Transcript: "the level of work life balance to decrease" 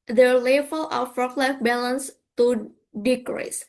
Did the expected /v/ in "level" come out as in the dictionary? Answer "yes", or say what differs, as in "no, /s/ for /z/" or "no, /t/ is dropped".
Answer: no, /f/ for /v/